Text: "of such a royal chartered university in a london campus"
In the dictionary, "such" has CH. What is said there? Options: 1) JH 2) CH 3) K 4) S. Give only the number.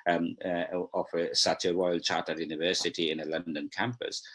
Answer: 4